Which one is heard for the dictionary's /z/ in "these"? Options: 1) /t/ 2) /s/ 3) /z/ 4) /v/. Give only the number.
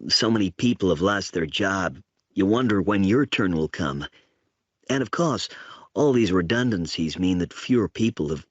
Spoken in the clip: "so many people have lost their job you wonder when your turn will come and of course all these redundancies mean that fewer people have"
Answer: 3